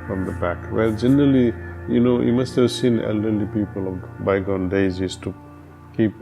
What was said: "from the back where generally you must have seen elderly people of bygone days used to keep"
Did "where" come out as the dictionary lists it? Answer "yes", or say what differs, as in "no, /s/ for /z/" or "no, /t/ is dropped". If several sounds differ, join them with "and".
no, /l/ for /ɹ/